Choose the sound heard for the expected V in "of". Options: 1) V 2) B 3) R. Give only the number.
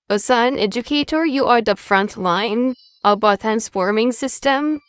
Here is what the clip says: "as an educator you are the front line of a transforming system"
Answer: 2